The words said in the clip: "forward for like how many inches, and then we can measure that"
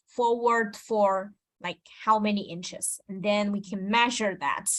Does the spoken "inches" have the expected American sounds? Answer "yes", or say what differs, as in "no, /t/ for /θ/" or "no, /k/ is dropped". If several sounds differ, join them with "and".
yes